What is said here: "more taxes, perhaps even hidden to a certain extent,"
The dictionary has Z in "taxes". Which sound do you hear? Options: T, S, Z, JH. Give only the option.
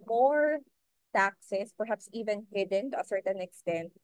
S